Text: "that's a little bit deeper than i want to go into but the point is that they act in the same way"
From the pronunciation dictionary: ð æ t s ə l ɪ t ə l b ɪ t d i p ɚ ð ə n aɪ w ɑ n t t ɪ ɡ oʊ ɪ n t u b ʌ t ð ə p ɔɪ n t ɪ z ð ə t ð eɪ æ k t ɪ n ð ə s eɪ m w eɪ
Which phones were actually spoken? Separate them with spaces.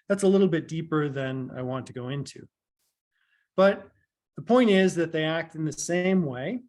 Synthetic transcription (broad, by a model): ð æ t s ə l ɪ t l b ɪ t d i p ɚ ð ə n aɪ w ɑ n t t ɪ ɡ oʊ ɪ n t u b ʌ t ð ə p ɔɪ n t ɪ z ð ə t ð eɪ æ k t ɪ n ð ə s eɪ m w eɪ